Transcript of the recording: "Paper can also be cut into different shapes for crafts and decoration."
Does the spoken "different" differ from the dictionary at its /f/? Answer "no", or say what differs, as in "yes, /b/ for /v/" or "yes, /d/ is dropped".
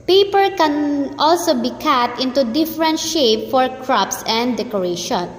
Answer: no